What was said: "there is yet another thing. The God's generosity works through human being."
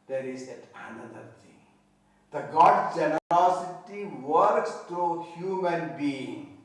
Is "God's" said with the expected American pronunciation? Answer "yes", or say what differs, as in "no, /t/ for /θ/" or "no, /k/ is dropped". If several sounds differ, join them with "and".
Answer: no, /z/ is dropped